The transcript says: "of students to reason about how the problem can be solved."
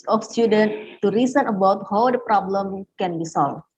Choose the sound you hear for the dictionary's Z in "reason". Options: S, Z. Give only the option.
S